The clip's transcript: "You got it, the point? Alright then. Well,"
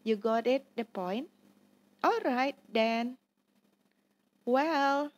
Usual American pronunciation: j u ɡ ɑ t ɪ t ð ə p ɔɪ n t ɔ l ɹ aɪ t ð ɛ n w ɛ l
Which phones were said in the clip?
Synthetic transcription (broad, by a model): j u ɡ ɑ t ɪ t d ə p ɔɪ n t ɔ l ɹ aɪ t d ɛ n w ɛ l